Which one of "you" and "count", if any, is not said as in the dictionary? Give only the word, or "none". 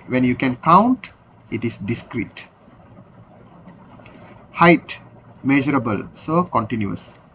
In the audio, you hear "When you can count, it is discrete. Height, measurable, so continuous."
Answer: none